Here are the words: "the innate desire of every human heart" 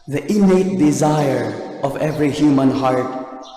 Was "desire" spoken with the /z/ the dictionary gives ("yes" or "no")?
yes